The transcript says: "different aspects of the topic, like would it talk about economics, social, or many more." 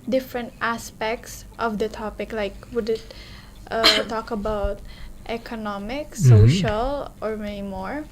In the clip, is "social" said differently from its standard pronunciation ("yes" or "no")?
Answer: no